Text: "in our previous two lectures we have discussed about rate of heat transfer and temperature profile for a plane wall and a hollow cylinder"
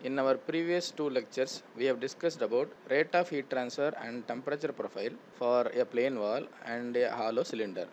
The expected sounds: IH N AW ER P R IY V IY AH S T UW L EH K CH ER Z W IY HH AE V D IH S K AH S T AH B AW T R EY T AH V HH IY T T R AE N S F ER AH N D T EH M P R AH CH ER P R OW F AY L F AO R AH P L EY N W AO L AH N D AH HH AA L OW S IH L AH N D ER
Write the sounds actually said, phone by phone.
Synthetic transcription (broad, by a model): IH N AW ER P R IY V IY AH S T UW L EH K CH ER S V IY HH AE V D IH S K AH S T AH B AW T R EY T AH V HH IY T T R AE N S F ER AH N D T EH M P R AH CH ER P R OW F AY L F AO R AH P L EY N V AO L AH N D AH HH AA L OW S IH L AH N D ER